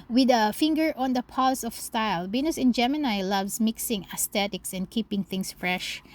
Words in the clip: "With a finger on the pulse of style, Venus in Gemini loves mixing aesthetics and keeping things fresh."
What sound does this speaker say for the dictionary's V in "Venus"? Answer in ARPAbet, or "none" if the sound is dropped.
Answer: B